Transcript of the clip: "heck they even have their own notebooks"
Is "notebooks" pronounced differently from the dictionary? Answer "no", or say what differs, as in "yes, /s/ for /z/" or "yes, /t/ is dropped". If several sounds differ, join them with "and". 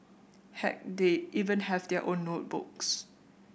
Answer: no